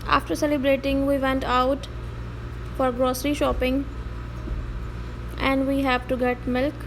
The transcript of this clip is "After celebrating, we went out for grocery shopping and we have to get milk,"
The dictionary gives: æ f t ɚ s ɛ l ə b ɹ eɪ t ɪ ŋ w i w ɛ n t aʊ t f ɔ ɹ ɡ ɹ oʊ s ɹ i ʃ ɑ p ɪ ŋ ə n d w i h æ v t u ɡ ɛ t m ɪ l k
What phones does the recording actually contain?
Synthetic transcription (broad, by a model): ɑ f t ɚ s ɛ l ə b ɹ eɪ t ɪ ŋ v i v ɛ n t aʊ t f ɔ ɹ ɡ ɹ oʊ s ɹ i ʃ ɑ p ɪ ŋ ə n d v i h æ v t u ɡ ɛ t m ɪ l k